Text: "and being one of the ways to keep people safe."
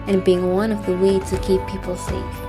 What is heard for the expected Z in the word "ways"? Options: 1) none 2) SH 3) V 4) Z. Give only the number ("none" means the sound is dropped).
1